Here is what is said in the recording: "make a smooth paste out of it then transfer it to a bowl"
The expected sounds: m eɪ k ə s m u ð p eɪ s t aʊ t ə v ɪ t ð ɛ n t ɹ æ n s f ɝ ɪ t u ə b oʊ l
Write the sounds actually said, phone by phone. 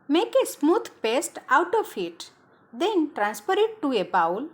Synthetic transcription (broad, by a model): m eɪ k ə s m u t p eɪ s t aʊ t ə f ɪ t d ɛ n t ɹ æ n s p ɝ ɪ t u ə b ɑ l